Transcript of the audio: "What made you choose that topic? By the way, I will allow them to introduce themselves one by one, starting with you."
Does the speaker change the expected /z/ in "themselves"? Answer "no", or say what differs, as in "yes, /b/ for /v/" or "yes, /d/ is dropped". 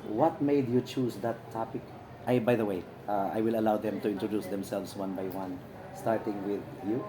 yes, /s/ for /z/